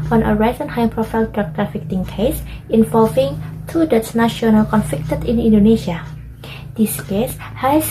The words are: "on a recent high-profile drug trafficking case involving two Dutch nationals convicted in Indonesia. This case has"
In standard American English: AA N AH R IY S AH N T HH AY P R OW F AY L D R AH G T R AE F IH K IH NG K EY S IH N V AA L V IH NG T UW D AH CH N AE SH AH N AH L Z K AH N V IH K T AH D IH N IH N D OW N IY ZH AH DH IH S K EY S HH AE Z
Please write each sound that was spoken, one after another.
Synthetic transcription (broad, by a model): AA N AH R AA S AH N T HH AY P R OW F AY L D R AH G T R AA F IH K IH NG K EY S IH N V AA L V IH NG T UW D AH S N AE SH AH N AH L K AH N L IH K T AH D IH N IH N D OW N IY SH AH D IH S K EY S HH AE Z